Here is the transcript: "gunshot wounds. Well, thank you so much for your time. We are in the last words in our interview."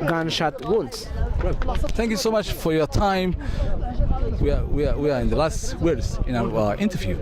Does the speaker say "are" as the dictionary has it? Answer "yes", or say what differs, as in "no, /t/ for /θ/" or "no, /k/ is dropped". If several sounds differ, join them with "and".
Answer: no, /w/ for /ɹ/